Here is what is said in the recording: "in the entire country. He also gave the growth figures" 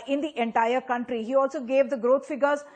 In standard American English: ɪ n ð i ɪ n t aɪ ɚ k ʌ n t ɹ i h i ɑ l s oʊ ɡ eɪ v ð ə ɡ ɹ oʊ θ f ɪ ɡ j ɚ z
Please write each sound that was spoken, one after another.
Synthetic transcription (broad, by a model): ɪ n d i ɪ n t aɪ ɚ k ʌ n t ɹ i h i ɑ l s oʊ ɡ eɪ v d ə ɡ ɹ oʊ t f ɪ ɡ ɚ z